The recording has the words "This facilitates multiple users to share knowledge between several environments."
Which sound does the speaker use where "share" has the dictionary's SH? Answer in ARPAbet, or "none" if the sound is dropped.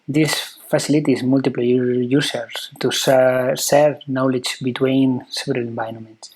S